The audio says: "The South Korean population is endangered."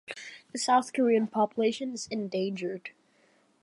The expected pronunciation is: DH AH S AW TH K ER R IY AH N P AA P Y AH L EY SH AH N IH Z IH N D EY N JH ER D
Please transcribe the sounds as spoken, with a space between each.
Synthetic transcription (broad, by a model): DH AH S AW TH K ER R IY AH N P AA P Y AH L EY SH AH N IH Z IH N D EY N JH ER D